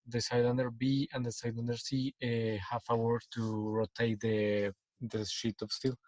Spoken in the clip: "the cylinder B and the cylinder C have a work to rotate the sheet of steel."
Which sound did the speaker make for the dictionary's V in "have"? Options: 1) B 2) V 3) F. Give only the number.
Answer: 3